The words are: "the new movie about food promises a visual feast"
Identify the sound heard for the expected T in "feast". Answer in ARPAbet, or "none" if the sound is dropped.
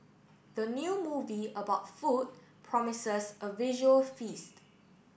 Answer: T